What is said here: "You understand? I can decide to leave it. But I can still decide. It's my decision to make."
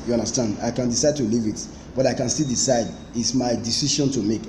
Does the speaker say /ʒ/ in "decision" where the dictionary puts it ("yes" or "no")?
no